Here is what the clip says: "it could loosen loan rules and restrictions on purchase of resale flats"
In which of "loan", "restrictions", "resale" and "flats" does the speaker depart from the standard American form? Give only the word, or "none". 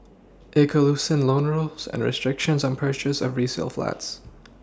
none